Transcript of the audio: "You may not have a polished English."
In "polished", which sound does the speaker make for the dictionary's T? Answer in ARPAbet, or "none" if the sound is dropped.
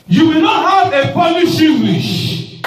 none